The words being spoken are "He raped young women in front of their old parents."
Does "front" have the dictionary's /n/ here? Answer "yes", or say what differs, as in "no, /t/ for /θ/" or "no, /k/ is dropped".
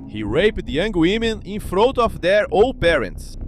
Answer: no, /n/ is dropped